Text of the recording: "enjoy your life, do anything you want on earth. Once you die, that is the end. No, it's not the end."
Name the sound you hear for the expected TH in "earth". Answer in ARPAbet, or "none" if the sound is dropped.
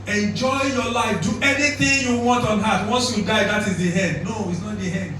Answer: T